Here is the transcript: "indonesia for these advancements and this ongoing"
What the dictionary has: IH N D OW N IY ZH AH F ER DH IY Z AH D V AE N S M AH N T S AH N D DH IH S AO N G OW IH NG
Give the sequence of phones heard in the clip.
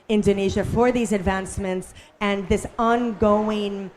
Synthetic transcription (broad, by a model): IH N D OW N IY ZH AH F ER DH IY Z AH D V AE N S M AH N T S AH N DH IH S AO N G OW IH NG